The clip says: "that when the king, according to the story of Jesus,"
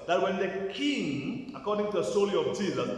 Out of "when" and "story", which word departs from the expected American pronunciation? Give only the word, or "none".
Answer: story